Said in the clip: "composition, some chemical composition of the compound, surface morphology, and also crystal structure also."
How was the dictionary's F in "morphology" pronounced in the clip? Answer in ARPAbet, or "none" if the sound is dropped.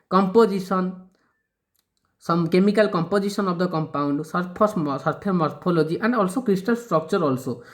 P